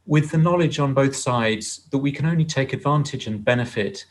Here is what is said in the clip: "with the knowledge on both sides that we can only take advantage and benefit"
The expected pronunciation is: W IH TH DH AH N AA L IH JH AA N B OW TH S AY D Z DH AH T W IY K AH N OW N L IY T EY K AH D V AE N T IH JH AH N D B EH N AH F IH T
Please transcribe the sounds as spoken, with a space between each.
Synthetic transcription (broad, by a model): W IH DH AH N AA L IH JH N B OW TH S AY D Z DH AH T W IY K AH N OW N L IY T EY K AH D V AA N T IH JH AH N B EH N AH F IH T